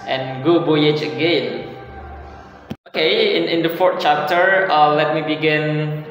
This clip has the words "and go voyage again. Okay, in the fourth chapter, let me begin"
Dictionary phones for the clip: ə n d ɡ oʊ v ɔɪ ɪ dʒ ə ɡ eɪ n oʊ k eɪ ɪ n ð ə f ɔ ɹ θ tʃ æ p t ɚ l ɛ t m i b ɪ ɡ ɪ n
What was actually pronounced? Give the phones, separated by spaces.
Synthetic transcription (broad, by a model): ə n ɡ oʊ b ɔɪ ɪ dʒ ə ɡ eɪ n oʊ k eɪ ɪ n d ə f ɔ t tʃ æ p t ɚ l ɛ t m i b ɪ ɡ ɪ n